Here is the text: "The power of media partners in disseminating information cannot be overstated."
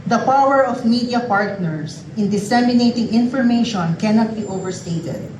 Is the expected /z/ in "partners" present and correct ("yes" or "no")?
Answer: no